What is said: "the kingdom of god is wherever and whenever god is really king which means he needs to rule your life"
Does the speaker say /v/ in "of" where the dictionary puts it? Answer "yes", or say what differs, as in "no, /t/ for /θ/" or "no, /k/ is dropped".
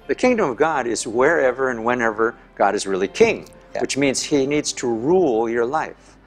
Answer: yes